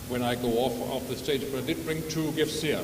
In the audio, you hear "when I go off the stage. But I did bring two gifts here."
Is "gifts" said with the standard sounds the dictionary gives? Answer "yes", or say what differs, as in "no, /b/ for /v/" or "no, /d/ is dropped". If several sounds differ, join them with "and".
yes